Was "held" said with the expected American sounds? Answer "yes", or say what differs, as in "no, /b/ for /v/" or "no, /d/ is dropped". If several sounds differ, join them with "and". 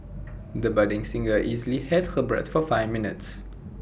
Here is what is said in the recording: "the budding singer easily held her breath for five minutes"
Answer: no, /l/ is dropped